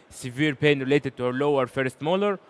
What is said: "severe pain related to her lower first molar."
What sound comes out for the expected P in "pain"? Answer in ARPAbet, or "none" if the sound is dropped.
P